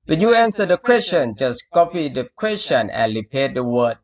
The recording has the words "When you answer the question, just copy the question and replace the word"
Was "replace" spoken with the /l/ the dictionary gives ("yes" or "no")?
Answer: no